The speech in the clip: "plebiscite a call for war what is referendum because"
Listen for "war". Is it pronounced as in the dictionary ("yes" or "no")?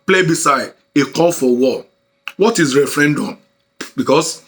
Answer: no